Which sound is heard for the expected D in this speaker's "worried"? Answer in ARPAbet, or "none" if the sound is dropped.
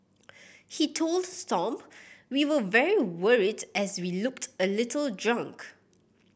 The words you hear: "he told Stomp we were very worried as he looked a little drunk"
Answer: D